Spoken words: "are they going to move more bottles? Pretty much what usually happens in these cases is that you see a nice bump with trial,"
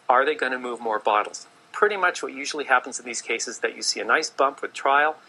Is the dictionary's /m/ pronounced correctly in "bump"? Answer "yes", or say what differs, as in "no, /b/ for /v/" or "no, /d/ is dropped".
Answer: yes